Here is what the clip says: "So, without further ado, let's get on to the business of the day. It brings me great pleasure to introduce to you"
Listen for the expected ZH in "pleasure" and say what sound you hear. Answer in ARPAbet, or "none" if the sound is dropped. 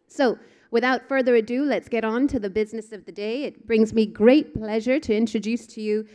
ZH